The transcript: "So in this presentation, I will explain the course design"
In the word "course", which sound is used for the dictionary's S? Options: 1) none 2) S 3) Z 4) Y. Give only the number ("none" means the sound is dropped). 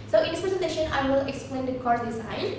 1